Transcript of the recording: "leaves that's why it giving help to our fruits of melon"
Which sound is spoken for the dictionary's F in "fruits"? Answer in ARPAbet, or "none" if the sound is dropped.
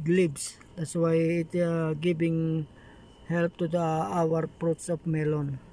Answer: P